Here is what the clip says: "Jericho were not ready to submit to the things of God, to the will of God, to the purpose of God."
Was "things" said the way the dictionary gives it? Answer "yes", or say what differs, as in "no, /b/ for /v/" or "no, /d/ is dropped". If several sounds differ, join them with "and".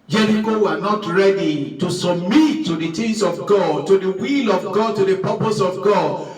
no, /t/ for /θ/